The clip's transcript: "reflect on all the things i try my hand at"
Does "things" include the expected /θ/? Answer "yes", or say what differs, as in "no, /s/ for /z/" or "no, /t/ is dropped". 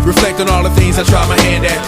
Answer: yes